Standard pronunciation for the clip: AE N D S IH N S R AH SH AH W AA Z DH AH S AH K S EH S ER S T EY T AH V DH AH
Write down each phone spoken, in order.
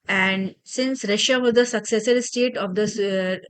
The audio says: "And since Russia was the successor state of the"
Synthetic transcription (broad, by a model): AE N D S IH N S R AH SH AH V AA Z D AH S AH K S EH S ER S T EY T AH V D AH